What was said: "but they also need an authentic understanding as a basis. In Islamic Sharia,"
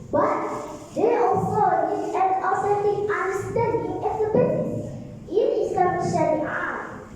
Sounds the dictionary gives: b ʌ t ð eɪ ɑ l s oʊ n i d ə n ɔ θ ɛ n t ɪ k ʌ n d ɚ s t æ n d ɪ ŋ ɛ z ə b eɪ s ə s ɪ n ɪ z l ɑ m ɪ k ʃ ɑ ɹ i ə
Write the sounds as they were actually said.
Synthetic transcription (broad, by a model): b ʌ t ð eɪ ɑ l s oʊ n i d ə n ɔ s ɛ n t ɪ ʌ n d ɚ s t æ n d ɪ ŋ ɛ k ə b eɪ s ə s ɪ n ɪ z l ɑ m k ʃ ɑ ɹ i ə